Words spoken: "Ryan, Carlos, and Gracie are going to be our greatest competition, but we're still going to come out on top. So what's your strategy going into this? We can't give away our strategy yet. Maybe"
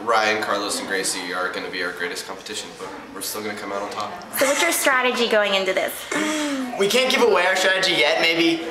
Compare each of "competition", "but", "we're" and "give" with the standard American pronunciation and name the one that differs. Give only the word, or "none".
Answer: give